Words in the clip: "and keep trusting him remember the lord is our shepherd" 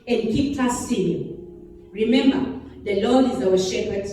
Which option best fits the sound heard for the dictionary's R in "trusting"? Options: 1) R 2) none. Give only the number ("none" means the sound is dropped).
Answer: 2